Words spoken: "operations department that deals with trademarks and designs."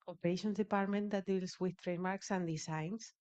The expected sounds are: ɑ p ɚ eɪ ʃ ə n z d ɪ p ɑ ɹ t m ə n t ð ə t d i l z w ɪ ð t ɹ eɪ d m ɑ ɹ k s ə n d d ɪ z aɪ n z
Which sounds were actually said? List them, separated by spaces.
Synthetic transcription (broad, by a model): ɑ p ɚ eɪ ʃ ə n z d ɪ p ɑ ɹ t m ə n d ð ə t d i l s w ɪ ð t ɹ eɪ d m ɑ ɹ k s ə n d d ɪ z aɪ n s